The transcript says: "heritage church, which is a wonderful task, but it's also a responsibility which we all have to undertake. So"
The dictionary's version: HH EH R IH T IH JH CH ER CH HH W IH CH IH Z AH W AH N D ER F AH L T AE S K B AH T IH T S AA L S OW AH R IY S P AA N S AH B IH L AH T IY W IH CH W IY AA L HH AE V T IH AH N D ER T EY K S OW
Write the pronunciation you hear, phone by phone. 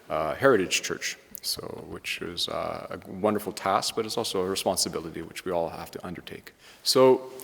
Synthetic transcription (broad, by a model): HH EH R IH T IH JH CH ER CH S W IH CH IH Z AH W AH N D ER F L T AE S K B AH T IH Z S AA L S OW AH R IY S P AA N S AH B IH L AH T IY W IH CH W IY AA L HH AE F T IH AH N D ER T EY K S OW